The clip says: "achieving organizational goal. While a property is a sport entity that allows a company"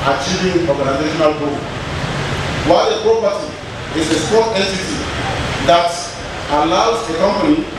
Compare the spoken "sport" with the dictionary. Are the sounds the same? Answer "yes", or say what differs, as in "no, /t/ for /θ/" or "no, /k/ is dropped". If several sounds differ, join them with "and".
no, /p/ is dropped